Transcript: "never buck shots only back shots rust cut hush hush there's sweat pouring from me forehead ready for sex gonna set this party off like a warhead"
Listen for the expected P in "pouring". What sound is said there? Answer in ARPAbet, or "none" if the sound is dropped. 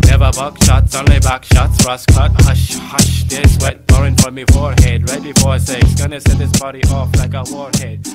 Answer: B